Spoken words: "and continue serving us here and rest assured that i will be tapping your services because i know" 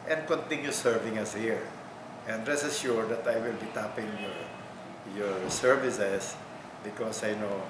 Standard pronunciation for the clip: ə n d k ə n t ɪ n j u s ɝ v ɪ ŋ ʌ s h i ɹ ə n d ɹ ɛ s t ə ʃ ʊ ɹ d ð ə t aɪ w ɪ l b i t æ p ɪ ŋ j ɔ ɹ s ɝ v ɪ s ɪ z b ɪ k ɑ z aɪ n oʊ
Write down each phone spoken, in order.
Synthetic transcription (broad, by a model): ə n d k ə n t ɪ n j u s ɝ v ɪ ŋ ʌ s h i ɹ ə n d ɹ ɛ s ə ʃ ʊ ɹ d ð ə t aɪ w ɪ l b i t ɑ p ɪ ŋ j ɔ ɹ s ɝ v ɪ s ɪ s b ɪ k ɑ s aɪ n oʊ